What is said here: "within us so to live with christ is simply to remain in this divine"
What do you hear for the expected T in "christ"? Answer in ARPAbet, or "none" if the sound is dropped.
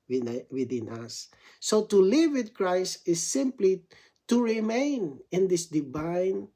T